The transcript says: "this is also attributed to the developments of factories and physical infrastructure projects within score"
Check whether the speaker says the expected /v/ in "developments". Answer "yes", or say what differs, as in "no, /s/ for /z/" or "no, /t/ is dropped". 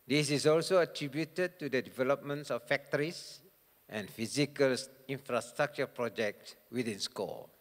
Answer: yes